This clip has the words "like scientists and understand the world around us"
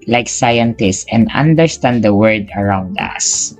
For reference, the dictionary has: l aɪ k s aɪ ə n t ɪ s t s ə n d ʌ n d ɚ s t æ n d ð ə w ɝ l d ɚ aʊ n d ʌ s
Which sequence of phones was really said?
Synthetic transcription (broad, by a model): l aɪ k s aɪ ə n t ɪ s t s ə n d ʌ n d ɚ s t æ n d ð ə w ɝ d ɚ aʊ n d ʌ s